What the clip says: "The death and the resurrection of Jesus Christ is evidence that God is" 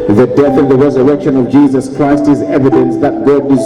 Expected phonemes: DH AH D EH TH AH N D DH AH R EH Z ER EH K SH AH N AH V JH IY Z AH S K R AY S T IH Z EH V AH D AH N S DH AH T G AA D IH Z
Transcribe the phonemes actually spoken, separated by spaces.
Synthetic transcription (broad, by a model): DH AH D EH TH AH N DH AH R EH Z ER EH K SH AH N AH V JH IY Z AH S K R AY S T IH Z EH V AH D AH N S DH AH T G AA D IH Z